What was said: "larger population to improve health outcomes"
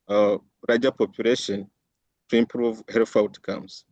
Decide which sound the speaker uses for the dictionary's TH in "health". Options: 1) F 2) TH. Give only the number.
1